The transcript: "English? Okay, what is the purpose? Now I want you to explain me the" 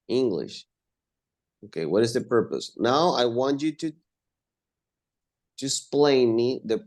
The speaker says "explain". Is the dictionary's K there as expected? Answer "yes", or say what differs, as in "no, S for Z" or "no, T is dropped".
no, K is dropped